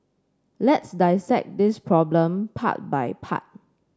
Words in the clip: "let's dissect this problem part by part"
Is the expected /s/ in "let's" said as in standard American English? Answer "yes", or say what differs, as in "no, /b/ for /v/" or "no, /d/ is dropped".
yes